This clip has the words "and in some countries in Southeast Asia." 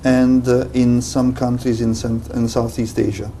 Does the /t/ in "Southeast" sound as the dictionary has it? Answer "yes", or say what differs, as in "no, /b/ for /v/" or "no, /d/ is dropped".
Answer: yes